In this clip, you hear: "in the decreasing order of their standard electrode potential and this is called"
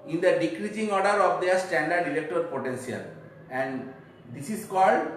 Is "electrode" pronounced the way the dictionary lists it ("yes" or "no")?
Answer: no